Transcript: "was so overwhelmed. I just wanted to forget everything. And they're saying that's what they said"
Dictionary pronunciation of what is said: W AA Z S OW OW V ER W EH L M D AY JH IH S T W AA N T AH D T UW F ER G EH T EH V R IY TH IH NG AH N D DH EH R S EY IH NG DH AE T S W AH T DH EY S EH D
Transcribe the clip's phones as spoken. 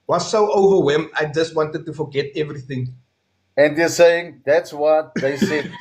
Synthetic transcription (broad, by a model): W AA S OW OW V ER W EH M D AY JH IH S T W AA N T AH D T UW F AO G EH T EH V R IY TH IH NG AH N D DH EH S EY IH NG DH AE T S W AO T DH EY S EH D